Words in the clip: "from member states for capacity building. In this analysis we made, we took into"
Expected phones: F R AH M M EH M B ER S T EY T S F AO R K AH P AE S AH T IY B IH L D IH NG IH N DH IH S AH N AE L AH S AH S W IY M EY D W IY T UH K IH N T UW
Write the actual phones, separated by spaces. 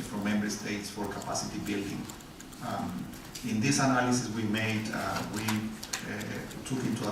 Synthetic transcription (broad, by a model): F R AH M M EH M B ER S T EY T S F AO R K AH P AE S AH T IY B IH L D IH NG IH N DH IH S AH N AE L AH S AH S W IY M EY D W IY T UH K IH N T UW